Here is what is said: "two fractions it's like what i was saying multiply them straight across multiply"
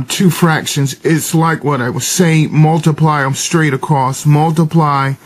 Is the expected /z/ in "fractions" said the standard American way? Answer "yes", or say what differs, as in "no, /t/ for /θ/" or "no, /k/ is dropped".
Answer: yes